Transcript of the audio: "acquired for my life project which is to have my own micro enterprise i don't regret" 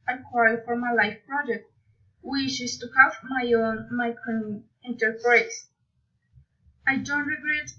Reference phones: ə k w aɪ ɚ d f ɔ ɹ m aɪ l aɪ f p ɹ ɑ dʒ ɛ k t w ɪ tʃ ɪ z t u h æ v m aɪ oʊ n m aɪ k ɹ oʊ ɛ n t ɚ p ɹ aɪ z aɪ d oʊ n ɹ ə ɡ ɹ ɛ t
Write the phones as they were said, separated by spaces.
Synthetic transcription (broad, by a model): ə k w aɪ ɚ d f ɔ ɹ m aɪ l aɪ f p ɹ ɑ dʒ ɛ k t w ɪ tʃ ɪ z t u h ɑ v m aɪ oʊ n m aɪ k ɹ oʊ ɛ n t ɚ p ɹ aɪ s aɪ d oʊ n ɹ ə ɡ ɹ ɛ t